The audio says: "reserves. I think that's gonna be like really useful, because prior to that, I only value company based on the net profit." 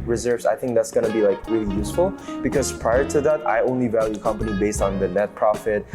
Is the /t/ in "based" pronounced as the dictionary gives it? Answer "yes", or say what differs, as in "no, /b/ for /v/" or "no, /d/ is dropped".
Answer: yes